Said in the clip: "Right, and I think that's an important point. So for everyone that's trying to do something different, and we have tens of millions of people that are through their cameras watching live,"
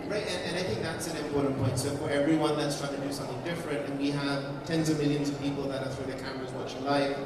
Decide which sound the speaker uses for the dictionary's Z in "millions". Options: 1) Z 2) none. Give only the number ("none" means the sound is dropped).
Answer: 1